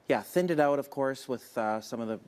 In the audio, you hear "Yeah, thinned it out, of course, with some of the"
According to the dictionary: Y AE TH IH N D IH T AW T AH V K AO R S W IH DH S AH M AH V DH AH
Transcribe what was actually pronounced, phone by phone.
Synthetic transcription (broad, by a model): Y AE TH IH N D IH T AW T AH V K AO R S W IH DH S AH M AH V DH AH